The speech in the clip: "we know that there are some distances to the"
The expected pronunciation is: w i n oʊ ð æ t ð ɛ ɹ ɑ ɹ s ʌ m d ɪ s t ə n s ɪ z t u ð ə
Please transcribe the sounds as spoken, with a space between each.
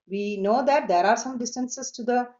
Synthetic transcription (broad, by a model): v i n oʊ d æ t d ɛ ɹ ɑ ɹ s ʌ m d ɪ s t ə n s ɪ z t u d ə